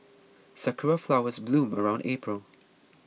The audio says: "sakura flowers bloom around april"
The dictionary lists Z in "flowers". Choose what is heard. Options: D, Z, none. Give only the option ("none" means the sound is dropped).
Z